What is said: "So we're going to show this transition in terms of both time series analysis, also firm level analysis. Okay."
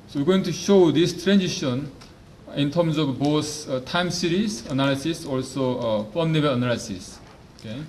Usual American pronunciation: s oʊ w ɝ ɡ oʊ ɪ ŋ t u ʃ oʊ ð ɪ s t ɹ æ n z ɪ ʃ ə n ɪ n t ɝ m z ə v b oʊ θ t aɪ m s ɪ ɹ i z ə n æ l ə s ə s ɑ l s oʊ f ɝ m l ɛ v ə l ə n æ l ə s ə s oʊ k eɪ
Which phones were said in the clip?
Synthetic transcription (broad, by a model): s oʊ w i ɡ oʊ ɪ ŋ t u ʃ oʊ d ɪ s t ɹ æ n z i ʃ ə n ɪ n t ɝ m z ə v b oʊ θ t aɪ m s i ɹ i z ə n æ l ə s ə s ɑ l s oʊ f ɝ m n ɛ b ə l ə n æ l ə s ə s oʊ k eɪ